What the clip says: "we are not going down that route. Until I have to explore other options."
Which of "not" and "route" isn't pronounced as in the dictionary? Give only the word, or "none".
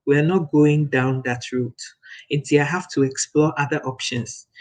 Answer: none